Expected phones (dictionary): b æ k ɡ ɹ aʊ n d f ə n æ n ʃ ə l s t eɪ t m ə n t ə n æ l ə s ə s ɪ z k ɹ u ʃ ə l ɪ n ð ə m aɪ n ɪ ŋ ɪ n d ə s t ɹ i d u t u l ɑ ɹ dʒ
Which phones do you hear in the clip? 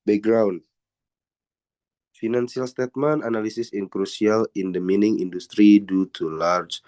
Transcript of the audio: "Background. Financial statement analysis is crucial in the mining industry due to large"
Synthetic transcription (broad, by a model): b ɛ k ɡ ɹ aʊ n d f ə n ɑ n s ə l s t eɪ t m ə n ə n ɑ l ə s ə s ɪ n k ɹ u s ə l ɪ n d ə m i n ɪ ŋ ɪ n d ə s t ɹ i d u t u l ɑ ɹ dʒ